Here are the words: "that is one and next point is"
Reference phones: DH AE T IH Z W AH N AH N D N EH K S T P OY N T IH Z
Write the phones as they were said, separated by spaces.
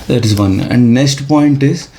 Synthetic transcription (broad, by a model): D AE T IH Z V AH N AH N D N EH K S T P OY N T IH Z